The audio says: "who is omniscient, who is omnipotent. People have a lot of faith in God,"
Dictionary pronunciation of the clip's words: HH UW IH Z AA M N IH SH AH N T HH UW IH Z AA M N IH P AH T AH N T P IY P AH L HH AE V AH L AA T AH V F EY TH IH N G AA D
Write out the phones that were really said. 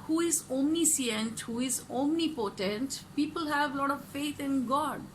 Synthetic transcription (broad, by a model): HH UW IH Z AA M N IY S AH N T HH UW IH Z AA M N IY P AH T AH N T P IY P AH L HH AE V L AA T AH V F EY T IH N G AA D